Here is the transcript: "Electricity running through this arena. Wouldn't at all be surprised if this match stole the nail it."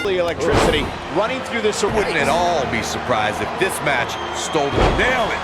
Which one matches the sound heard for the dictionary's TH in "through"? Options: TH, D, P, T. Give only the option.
TH